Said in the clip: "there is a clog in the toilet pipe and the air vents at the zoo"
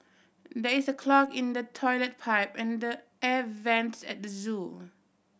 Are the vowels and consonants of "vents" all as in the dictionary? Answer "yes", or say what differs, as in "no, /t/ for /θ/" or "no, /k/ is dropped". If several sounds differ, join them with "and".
yes